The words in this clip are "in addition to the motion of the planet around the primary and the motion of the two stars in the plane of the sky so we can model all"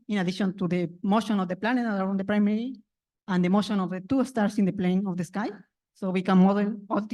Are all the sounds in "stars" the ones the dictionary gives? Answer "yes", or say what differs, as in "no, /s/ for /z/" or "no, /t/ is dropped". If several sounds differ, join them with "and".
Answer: no, /s/ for /z/